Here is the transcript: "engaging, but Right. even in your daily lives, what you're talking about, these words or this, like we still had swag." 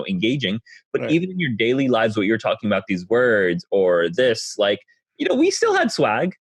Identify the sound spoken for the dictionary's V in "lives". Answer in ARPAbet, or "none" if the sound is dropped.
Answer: V